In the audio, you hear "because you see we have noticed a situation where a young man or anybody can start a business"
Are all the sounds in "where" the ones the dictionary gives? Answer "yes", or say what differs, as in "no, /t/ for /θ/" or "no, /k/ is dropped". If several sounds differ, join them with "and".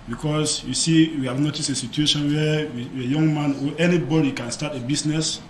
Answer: no, /w/ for /ɹ/